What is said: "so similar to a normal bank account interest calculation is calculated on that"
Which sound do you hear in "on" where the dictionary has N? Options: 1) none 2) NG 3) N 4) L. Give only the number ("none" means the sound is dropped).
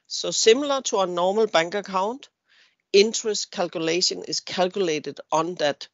3